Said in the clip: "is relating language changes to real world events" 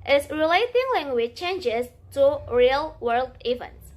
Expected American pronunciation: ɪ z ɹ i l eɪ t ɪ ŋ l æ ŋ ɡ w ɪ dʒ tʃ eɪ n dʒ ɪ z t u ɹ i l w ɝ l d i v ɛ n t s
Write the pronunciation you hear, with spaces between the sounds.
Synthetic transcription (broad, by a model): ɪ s ɹ i l eɪ t ɪ ŋ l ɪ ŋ w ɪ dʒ tʃ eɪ n dʒ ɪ s t u ɹ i l w ɝ l d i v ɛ n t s